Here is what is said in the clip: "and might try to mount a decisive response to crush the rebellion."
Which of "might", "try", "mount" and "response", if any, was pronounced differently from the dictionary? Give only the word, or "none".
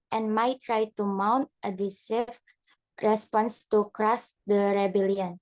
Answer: none